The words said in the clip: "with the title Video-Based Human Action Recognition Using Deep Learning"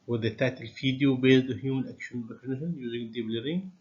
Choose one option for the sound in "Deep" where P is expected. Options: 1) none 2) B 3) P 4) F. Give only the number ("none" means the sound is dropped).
2